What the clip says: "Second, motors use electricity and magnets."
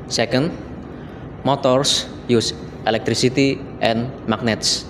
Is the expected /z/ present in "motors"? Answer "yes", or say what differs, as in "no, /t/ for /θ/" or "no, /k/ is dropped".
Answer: no, /s/ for /z/